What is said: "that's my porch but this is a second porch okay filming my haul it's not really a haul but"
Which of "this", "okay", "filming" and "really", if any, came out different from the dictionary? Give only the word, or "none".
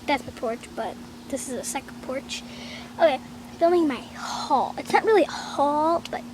filming